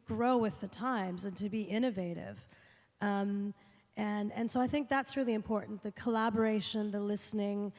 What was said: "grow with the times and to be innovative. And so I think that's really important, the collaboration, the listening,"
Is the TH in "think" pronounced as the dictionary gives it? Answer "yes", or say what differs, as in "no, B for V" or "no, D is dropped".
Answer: yes